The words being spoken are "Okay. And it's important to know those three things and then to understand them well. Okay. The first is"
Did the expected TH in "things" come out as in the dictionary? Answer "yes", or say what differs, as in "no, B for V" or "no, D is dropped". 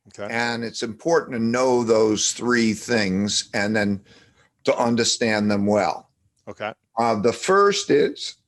yes